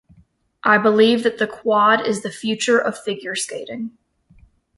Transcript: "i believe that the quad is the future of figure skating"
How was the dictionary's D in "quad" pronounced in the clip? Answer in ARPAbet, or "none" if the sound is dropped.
D